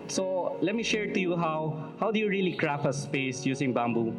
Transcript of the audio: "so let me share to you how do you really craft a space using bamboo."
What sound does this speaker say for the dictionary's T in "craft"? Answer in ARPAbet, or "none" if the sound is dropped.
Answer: none